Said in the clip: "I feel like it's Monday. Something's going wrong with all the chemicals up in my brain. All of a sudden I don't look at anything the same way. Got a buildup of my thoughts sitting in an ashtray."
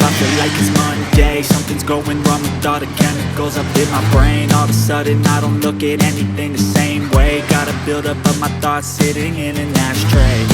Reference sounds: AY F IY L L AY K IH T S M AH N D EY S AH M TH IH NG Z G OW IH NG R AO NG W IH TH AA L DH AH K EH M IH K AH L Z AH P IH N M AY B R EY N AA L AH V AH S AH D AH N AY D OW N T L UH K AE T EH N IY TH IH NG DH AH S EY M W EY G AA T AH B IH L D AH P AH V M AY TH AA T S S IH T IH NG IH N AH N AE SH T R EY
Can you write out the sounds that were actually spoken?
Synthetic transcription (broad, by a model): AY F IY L L AY K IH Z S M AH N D EY S AH M TH IH NG Z G OW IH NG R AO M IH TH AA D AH K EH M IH K L Z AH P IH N M AY B R EY N AA L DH AH S AH D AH N AY D OW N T L UH K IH T EH N IY TH IH NG DH AH S EY M W EY G AA T AH B IH L D AH P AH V M AY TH AA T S S IH T IH NG IH N AH N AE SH T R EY